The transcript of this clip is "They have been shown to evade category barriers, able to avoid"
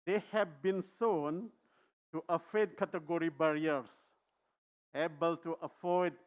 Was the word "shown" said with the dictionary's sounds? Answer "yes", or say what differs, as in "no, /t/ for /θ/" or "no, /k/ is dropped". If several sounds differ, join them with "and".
no, /s/ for /ʃ/